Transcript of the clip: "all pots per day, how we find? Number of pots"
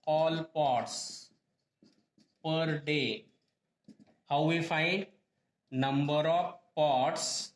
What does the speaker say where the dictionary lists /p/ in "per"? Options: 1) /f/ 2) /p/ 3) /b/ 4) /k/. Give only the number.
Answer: 2